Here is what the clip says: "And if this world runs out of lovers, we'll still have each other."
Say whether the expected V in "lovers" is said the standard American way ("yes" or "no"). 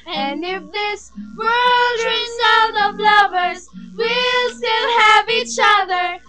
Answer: yes